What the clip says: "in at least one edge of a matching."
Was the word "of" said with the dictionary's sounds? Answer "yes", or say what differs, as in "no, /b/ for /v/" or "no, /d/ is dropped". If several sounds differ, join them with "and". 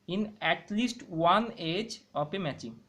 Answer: no, /p/ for /v/